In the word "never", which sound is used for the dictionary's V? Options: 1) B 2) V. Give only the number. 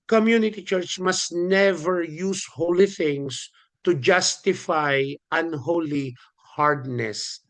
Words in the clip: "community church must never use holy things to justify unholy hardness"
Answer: 2